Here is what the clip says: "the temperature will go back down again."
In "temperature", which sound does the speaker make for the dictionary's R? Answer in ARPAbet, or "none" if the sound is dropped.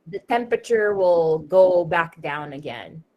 R